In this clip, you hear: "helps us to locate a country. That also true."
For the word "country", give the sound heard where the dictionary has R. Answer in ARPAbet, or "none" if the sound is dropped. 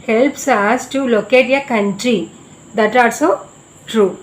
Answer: R